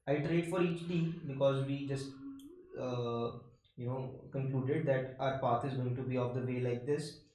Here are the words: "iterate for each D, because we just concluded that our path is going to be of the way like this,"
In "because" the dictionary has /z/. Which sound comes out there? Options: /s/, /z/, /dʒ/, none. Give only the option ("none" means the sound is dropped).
/z/